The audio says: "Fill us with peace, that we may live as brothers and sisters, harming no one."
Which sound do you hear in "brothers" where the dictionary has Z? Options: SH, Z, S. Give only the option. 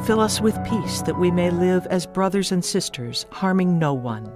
Z